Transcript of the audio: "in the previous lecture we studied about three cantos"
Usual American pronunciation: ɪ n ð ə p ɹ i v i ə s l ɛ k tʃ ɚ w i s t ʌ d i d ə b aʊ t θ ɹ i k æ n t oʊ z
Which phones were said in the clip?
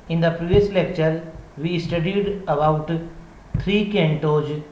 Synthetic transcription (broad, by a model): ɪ n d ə p ɹ i v i ə s l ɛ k tʃ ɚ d i s t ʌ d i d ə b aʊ t t ɹ i k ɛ n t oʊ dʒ